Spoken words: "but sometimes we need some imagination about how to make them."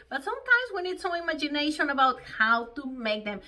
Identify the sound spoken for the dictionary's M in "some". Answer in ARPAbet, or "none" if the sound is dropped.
none